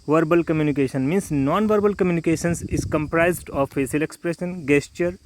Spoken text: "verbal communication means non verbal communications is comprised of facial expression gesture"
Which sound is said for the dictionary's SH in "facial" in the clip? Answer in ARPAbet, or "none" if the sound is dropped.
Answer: S